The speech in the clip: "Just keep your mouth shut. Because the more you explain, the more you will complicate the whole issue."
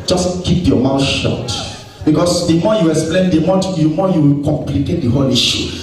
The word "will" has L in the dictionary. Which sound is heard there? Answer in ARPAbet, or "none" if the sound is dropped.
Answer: W